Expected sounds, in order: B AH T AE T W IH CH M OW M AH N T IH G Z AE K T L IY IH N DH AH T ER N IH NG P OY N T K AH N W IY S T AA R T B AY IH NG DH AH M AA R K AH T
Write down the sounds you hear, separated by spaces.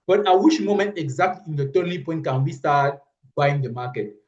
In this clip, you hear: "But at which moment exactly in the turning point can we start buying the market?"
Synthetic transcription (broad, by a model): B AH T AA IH W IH SH M OW M AH N T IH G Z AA K T L IY IH N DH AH T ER L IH P OY N T K AH N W IY S T AA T B AY IH NG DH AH M AA K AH T